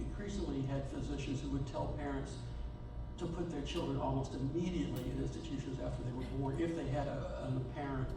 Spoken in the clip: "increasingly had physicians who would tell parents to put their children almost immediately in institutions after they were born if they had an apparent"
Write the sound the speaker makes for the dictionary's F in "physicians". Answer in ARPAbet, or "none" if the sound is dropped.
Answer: F